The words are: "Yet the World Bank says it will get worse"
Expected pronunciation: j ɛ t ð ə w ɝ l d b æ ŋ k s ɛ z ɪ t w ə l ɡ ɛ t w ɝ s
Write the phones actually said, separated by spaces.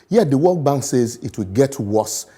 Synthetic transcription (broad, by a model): j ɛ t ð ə w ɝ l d b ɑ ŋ k s ɛ z ɪ t w ə l ɡ ɛ t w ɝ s